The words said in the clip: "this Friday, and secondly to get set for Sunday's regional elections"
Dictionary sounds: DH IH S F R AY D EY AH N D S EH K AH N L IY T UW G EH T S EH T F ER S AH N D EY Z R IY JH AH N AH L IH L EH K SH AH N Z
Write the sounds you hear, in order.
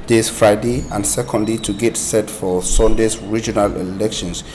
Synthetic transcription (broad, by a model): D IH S F R AY D EY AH N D S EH K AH N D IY T UW G EH T S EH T F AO S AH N D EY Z R IY JH AH N AH L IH L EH K SH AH N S